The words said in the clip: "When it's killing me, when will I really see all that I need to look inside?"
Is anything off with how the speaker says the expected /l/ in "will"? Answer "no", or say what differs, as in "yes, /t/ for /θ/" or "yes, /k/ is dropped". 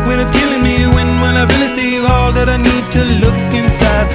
yes, /n/ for /l/